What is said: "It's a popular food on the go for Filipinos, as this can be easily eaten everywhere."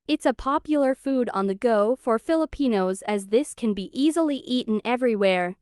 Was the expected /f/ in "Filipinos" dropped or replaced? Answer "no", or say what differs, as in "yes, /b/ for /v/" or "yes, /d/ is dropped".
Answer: no